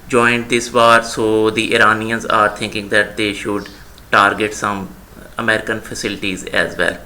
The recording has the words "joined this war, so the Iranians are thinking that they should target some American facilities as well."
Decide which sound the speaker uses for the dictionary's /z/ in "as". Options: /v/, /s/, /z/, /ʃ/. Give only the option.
/z/